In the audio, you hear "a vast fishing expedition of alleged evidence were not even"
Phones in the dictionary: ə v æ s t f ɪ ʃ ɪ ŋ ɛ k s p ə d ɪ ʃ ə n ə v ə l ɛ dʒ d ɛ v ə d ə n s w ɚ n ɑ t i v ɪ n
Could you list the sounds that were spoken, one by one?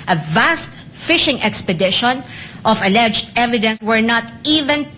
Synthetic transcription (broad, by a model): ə v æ s t f ɪ ʃ ɪ ŋ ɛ k s p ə d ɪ ʃ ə n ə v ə l ɛ dʒ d ɛ v ə d ə n s w ɚ n ɑ t i v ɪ n